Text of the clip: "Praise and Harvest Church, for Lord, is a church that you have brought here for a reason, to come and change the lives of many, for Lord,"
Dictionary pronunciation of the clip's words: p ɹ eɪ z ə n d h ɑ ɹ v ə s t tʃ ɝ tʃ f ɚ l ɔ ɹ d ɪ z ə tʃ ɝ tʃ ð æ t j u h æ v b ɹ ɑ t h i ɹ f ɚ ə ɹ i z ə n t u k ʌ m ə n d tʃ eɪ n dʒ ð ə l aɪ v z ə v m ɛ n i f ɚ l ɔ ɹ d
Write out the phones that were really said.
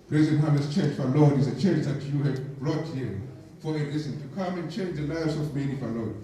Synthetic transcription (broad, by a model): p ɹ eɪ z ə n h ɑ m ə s tʃ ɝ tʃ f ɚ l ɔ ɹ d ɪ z ə tʃ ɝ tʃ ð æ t j u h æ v b ɹ ɑ t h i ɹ f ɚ ə l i s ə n t u k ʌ m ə n tʃ eɪ n dʒ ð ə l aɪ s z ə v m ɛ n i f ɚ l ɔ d